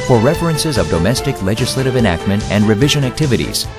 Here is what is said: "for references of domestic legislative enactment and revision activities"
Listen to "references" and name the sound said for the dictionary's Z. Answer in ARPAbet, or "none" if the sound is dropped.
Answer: Z